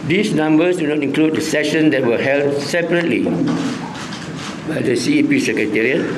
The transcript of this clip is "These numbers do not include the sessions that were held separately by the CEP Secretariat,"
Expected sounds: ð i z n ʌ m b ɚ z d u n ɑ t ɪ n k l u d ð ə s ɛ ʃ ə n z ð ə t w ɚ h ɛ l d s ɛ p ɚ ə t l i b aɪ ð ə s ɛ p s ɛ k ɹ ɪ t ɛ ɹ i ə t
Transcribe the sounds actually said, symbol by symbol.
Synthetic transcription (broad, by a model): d i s n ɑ m b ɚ s d u n ɑ t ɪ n k l u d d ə s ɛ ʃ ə n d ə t w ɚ h ɛ l d s ɛ p ɚ ə t l i b aɪ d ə s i p s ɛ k ɹ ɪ t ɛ ɹ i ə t